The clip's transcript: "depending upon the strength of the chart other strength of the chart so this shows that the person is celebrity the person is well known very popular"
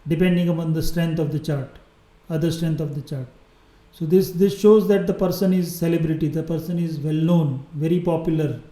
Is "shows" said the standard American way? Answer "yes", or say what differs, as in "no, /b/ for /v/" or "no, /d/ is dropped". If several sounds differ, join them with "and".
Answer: yes